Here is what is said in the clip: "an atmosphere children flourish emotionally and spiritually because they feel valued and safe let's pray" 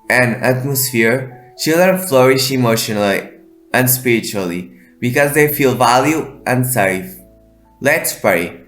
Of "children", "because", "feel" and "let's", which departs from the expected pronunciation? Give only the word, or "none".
none